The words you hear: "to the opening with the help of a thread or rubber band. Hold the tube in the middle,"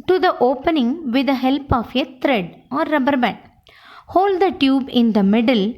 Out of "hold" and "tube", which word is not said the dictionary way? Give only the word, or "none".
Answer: none